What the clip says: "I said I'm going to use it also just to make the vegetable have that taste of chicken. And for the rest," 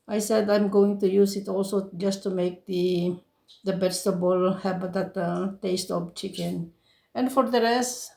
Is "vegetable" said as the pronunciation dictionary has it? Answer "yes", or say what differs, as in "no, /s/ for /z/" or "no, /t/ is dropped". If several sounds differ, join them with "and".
no, /b/ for /v/